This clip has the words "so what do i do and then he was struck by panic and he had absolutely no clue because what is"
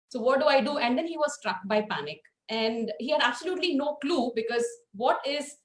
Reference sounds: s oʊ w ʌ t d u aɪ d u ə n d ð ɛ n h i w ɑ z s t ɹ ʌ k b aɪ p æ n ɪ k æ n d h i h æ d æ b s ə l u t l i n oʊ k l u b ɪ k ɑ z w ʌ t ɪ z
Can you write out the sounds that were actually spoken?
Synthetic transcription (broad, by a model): s oʊ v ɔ t d u aɪ d u ə n d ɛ n h i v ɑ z s t ɹ ʌ k b aɪ p æ n ɪ k æ n d h i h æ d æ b s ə l u t l i n oʊ k l u b ɪ k ɑ z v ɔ t ɪ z